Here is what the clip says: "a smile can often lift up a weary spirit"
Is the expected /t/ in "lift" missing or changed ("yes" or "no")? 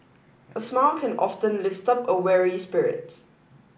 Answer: no